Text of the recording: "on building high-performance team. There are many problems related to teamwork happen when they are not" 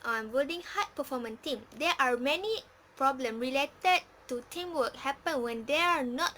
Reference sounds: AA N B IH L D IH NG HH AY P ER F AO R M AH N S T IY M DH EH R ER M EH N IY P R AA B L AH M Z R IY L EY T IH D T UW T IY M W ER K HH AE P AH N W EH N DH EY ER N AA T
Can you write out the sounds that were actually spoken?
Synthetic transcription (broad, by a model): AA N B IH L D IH NG HH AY P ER F AO M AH N T IY M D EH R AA M EH N IY P R AA B L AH M R IY L EY T IH D T UW T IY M W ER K HH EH P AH N W EH N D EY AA N AA T